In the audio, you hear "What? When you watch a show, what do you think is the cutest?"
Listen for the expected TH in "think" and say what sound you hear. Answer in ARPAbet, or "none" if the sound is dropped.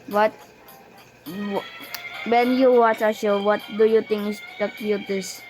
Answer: T